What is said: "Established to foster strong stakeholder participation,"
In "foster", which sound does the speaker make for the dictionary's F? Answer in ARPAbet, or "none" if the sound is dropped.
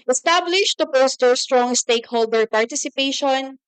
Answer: P